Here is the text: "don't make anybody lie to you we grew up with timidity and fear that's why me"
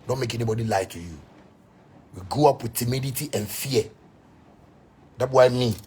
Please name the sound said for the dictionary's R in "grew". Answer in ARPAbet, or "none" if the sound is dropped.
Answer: none